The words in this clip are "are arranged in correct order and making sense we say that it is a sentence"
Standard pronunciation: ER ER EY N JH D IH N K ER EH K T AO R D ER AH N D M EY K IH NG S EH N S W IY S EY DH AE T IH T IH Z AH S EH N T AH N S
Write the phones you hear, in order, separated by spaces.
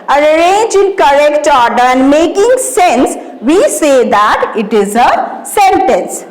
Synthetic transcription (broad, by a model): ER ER EY N JH IH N K ER EH K T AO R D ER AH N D M EY K IH NG S EH N S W IY S EY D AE T IH T IH Z AH S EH N T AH N S